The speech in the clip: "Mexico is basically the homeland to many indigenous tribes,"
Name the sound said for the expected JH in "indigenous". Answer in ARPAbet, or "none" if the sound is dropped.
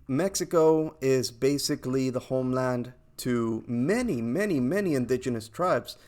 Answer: JH